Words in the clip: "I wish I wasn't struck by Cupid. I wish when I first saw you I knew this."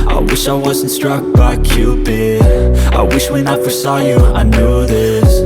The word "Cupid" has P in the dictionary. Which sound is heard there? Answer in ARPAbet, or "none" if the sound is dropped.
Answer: B